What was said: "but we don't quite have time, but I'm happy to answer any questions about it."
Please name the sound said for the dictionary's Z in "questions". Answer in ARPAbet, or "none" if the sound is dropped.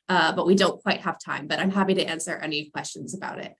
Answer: Z